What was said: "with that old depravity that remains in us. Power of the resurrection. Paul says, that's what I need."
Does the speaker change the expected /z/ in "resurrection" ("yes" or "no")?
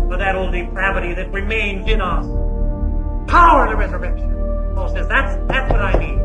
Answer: no